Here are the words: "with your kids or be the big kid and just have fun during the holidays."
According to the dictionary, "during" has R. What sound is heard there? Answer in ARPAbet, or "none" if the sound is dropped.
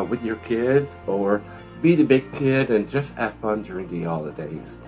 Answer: R